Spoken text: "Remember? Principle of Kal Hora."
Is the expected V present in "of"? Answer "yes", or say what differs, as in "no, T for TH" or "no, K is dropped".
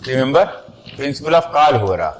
no, F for V